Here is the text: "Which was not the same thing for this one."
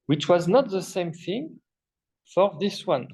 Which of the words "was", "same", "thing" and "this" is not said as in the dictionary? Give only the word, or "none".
none